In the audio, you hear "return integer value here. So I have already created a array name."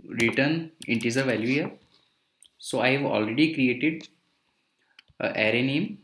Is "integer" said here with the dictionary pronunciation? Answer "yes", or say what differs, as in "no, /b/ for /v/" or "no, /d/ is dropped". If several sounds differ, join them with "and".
no, /z/ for /dʒ/